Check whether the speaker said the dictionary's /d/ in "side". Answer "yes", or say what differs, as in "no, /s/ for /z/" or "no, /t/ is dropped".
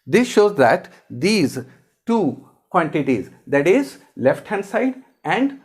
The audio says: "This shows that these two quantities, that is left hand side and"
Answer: yes